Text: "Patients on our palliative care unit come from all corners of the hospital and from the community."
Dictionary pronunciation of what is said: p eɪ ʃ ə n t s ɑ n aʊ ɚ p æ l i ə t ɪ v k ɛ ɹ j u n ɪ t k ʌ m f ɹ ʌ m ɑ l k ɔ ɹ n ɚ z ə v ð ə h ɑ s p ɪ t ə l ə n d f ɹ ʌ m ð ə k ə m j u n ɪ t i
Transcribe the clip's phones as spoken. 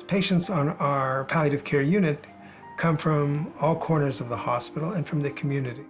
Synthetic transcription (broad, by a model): p eɪ ʃ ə n t s n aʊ ɚ p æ l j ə t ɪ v k ɛ ɹ j u n ɪ t k ʌ m f ɹ ʌ m ɑ l k ɔ ɹ n ɚ z ə v ð ə h ɑ s p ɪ t l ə n f ɹ ʌ m ð ə k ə m j u n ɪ t i